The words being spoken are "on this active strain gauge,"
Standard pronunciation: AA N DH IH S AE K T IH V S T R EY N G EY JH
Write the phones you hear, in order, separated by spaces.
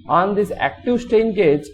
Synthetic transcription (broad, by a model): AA N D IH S AE K T IH V S T EY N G EY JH